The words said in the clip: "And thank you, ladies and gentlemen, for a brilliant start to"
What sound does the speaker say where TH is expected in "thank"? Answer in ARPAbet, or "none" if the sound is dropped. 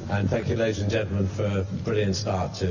TH